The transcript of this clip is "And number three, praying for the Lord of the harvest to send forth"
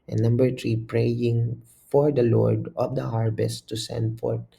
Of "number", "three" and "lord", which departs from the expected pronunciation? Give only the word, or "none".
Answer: three